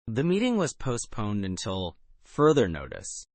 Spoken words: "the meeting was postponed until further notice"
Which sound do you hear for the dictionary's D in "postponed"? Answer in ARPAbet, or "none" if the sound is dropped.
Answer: D